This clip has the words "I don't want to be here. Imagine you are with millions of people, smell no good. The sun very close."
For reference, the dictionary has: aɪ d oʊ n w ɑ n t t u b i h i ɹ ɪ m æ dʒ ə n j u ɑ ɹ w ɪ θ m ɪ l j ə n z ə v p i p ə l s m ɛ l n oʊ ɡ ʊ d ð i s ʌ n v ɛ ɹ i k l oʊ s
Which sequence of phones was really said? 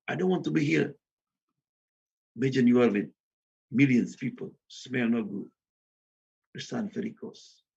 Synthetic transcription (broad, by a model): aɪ d oʊ n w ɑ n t t u b i h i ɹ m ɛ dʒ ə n j u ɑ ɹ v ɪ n m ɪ l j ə n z p i p ə l s m ɛ l n oʊ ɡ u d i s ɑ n f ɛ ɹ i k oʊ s